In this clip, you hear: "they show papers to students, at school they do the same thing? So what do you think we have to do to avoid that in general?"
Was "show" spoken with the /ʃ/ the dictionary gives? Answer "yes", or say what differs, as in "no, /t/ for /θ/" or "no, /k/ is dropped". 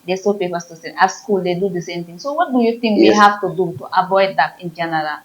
no, /s/ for /ʃ/